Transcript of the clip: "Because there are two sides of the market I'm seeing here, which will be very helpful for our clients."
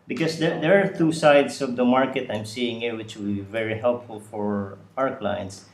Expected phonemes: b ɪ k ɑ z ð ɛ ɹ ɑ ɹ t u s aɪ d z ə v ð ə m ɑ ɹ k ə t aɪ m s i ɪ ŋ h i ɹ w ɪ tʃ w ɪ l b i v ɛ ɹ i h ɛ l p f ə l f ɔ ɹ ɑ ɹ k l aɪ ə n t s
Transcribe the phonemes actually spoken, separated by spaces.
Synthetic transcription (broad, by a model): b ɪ k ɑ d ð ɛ ɹ ɑ ɹ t u s aɪ d s ə v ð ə m ɑ ɹ k ə t aɪ m s i ɪ ŋ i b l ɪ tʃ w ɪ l b i v ɛ ɹ i h ɛ l p f ə l f ɔ ɹ ɑ ɹ k l aɪ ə n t s